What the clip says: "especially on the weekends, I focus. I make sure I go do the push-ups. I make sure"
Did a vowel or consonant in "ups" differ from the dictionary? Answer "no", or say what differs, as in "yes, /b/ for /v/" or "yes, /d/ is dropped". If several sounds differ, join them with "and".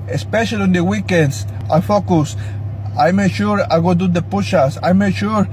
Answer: yes, /p/ is dropped